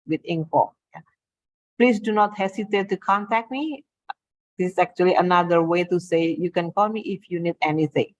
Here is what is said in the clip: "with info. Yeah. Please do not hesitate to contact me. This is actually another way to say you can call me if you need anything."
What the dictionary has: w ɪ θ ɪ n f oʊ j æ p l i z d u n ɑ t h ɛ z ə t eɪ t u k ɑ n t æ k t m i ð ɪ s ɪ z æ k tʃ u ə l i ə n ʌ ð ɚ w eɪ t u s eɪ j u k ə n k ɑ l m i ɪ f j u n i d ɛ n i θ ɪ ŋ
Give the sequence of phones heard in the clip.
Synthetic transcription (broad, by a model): w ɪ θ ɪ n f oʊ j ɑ p l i s d u n ɑ t h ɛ s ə t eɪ t u k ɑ n t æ k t m i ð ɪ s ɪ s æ k tʃ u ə l i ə n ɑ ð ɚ w eɪ t u s eɪ j u k ə n k ɑ l m i ɪ f j u n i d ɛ n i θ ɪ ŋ